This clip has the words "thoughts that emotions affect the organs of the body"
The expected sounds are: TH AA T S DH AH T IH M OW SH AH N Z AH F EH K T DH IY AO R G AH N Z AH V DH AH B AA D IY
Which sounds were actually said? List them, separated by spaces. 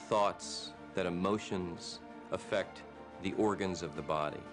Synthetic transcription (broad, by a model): TH AA T S DH AH T IH M OW SH AH N Z AH F EH K T DH IY AO R G AH N Z AH V DH AH B AA D IY